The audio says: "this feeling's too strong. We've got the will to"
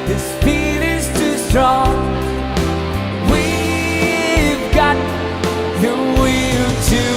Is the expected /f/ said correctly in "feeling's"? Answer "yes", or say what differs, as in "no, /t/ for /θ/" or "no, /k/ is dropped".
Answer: no, /p/ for /f/